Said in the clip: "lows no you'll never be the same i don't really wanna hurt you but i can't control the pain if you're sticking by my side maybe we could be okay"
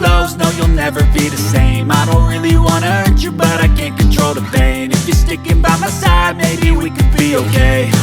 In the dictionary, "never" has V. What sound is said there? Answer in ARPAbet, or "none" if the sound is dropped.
V